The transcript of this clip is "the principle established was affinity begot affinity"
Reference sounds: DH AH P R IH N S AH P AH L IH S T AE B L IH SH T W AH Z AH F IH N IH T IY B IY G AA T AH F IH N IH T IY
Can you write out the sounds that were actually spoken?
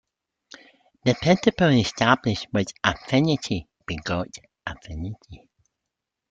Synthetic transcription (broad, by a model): DH AH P IH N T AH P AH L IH S T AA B L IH SH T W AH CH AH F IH N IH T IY B IY G AA T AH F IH N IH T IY